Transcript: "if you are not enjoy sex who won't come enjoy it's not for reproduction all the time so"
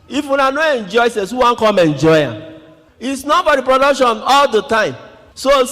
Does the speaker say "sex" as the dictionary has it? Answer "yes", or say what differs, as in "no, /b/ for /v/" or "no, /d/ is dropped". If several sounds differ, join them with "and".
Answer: no, /k/ is dropped